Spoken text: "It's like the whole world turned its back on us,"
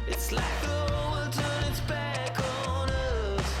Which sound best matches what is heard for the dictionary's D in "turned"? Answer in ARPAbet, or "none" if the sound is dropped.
none